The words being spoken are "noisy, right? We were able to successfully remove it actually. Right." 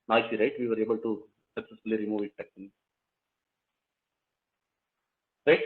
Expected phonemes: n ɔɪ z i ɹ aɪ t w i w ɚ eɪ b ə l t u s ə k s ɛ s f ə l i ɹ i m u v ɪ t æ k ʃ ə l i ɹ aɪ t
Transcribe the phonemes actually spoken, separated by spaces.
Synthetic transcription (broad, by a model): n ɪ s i ɹ aɪ t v i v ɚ eɪ b ə l t u s ə k s ɛ s f ə l i ɹ i m u v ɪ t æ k s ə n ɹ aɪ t